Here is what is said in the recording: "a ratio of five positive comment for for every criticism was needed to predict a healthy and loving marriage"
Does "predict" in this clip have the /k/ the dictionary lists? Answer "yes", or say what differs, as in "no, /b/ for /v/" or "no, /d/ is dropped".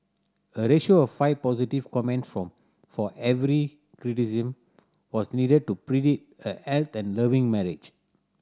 no, /k/ is dropped